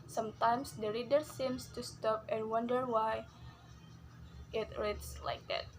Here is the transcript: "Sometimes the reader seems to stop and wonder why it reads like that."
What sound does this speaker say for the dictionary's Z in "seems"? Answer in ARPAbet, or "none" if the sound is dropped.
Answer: S